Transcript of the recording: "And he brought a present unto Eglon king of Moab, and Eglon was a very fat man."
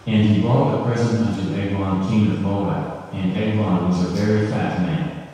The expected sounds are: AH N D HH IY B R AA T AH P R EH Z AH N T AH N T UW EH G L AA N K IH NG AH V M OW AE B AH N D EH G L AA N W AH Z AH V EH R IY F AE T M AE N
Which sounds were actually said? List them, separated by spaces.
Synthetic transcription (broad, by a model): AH N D IY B AA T AH P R EH Z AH T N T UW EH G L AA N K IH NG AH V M OW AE AH N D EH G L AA N W AH Z AH V EH R IY F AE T M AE N